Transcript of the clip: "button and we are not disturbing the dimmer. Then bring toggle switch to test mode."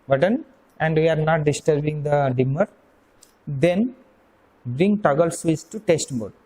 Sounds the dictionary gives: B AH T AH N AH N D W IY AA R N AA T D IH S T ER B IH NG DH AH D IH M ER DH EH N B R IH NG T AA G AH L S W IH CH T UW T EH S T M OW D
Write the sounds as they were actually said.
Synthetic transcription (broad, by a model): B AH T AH N AH N D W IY AA R N AA T D IH S T ER B IH NG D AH D IH M ER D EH N B R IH NG T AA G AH L S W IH S T UW T EH S T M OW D